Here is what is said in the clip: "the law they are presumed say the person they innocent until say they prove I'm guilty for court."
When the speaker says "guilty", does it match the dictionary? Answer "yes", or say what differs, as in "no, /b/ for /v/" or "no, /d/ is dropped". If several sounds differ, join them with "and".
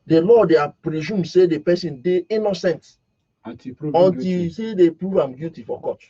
no, /l/ is dropped